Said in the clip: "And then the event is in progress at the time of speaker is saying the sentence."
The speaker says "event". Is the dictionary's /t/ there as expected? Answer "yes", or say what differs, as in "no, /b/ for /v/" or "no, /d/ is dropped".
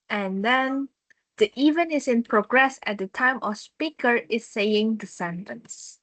no, /t/ is dropped